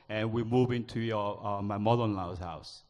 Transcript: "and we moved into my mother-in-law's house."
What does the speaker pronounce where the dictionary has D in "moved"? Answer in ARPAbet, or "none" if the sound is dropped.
none